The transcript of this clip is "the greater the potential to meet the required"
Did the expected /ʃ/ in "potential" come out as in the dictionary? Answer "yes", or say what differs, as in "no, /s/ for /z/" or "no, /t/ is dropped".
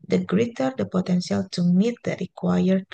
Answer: no, /s/ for /ʃ/